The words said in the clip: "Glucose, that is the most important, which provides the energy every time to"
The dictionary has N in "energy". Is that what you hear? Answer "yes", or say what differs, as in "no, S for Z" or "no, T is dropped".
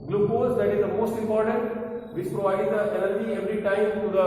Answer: no, L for N